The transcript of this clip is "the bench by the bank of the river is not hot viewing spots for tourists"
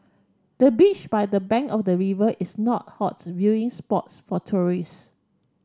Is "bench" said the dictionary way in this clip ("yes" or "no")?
no